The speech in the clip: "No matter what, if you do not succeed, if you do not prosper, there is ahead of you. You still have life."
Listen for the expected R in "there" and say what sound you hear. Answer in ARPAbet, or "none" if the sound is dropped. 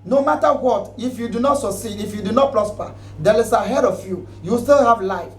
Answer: L